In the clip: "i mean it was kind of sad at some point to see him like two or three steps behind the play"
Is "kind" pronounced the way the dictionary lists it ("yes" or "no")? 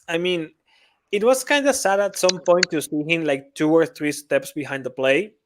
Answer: yes